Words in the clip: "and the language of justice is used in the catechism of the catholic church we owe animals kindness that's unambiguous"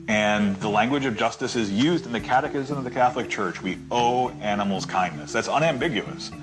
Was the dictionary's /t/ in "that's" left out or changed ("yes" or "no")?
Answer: no